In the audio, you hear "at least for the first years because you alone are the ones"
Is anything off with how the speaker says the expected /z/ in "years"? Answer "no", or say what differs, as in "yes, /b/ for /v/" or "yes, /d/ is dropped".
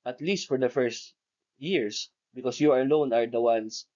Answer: yes, /s/ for /z/